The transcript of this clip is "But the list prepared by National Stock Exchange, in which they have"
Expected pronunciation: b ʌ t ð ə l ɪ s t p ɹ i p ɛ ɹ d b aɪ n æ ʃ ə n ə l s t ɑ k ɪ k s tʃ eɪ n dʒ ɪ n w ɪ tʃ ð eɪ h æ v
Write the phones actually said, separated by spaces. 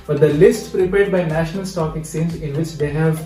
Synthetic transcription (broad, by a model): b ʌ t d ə l ɪ s t p ɹ i p ɛ ɹ d b aɪ n æ ʃ ə n ə l s t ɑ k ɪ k s eɪ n z ɪ n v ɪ tʃ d eɪ h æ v